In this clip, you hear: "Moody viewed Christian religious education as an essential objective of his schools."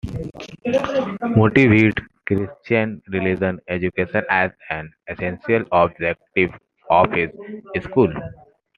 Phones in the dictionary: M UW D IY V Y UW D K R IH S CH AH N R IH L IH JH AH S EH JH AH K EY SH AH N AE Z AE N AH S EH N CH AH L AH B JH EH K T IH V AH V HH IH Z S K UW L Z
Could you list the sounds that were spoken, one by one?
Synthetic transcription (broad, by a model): M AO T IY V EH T K R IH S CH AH N R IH L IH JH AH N EH JH AH K EY SH AH N AE Z AE N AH S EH N S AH L AH B JH EH K T IH V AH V HH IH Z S K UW L